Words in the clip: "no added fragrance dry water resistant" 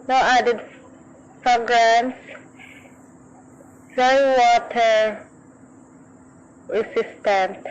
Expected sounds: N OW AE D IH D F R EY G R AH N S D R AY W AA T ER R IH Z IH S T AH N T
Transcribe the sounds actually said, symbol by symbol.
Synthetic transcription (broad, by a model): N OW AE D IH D P R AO G R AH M S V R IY W AA T ER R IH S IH S T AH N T